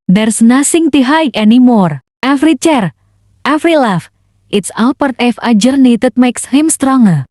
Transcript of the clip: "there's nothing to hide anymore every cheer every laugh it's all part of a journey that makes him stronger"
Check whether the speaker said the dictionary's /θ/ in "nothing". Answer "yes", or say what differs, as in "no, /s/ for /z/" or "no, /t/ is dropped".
no, /s/ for /θ/